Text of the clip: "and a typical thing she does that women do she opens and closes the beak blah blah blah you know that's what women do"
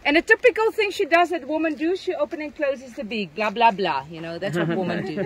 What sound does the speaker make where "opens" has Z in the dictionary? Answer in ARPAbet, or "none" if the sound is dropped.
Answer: none